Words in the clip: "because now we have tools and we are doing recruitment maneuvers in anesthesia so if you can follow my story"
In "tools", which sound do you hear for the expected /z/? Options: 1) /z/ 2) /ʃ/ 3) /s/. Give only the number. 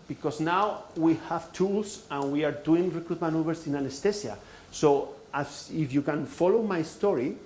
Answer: 3